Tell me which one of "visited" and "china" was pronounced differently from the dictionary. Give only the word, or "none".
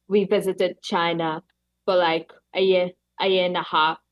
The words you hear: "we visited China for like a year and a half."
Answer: none